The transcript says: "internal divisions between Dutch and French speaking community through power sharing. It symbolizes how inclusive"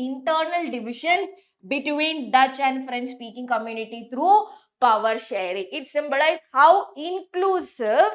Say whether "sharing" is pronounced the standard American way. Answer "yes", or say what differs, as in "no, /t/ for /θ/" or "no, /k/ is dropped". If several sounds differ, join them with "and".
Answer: yes